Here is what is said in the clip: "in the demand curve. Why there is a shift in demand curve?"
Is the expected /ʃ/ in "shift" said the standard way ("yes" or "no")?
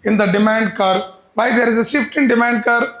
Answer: no